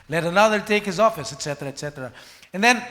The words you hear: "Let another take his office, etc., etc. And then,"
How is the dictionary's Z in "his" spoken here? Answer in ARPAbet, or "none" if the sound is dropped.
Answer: Z